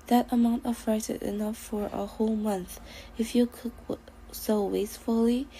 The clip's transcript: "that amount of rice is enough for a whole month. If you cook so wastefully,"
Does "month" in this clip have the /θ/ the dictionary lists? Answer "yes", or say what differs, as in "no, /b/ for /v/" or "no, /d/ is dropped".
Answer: yes